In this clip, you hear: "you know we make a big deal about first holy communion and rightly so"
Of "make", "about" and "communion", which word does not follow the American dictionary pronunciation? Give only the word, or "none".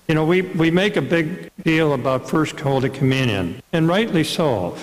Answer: none